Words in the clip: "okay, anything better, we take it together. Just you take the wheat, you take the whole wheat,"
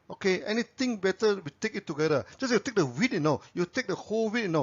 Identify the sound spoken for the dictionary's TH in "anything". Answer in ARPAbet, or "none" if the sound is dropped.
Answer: T